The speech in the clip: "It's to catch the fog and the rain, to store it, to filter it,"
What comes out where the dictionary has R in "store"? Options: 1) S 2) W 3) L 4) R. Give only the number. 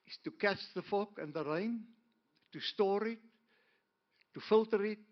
4